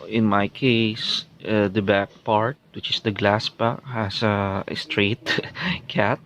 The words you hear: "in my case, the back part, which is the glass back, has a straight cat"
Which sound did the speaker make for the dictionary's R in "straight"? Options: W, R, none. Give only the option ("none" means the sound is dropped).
R